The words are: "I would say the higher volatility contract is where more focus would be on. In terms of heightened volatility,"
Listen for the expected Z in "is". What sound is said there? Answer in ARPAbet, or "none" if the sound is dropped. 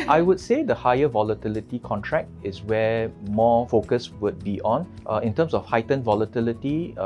S